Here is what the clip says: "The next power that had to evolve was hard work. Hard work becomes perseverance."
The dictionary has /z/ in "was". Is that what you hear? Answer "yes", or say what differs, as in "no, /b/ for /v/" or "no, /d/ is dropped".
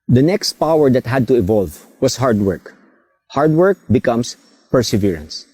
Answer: no, /s/ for /z/